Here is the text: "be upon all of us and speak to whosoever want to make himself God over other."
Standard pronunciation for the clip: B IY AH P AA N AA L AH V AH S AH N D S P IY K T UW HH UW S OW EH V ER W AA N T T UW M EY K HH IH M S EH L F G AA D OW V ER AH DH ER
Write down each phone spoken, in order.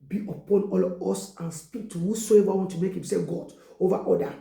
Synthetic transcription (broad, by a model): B IY AH P AA N AA L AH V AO S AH N S P IY K T UW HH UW S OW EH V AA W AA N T T UW M EY K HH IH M S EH F G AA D OW V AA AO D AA